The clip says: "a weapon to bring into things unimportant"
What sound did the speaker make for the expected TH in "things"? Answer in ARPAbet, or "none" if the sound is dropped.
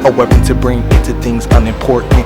TH